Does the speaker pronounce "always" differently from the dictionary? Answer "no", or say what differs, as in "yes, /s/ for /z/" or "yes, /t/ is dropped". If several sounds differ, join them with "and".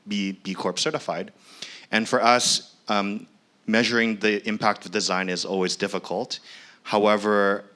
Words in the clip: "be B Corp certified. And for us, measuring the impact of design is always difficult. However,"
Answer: no